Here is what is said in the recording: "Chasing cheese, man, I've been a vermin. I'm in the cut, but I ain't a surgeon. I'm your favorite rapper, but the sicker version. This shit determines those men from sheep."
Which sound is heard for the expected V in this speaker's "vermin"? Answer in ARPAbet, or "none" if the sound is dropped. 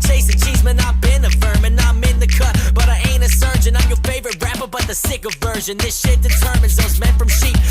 F